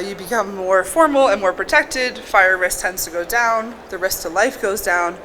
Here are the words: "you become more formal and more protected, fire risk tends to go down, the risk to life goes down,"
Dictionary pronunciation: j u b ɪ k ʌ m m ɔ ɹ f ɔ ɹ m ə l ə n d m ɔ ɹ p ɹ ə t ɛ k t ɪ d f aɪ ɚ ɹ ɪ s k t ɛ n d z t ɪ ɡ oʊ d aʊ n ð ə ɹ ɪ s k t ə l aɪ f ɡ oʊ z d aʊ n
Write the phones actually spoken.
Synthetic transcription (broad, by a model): j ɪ b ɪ k ʌ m m ɔ ɹ f ɔ ɹ m l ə n m ɔ ɹ p ɹ ə t ɛ k t ɪ d f aɪ ɚ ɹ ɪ s t ɛ n d z t ɪ ɡ oʊ d aʊ n ð ə ɹ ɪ s t ə l aɪ f ɡ oʊ z d aʊ n